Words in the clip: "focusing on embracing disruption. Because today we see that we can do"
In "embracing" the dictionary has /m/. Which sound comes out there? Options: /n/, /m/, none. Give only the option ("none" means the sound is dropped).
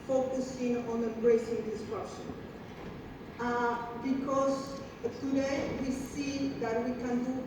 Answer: none